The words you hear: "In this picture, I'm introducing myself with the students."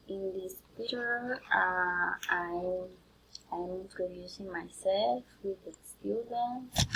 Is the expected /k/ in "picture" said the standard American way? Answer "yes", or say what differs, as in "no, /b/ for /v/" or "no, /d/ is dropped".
no, /k/ is dropped